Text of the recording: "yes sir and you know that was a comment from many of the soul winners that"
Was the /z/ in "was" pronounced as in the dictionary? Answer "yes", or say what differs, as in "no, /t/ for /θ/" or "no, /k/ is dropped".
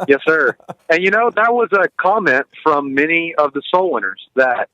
yes